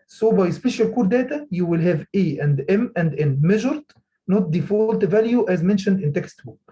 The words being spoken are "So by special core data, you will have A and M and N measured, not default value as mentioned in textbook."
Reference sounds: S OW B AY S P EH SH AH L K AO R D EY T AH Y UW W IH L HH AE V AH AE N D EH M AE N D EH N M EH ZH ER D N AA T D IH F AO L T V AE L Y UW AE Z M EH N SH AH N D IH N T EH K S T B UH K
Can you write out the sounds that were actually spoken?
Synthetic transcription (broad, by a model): S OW B AY S P EH SH AH L K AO R D EY T AH Y UW W IH L HH AE V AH AE N D EH M AE N D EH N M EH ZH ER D N AA T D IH F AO L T V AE L Y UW AE Z M EH N SH AH N D IH N T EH K S T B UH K